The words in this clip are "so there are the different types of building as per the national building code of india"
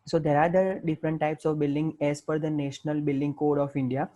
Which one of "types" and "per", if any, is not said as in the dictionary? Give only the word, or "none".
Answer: per